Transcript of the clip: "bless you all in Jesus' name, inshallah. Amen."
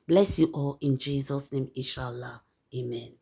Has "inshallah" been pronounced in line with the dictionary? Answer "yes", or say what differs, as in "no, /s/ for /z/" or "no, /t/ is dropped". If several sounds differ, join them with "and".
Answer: no, /n/ is dropped